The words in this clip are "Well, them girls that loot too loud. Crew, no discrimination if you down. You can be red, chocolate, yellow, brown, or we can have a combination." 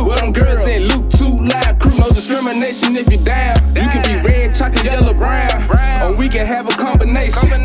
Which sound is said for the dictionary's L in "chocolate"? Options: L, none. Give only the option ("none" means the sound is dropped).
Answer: none